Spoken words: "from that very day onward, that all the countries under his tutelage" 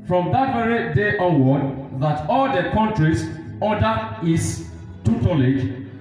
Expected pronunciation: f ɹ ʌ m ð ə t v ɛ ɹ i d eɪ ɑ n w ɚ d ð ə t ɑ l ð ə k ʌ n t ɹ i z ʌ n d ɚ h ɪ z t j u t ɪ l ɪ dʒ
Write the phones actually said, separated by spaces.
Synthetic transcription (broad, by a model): f ɹ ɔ m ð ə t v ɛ ɹ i d eɪ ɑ w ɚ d ð ə t ɑ l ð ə k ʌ n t ɹ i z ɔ d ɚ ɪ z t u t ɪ l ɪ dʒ